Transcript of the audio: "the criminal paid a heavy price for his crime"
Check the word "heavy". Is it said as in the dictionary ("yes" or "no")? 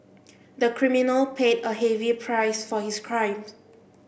yes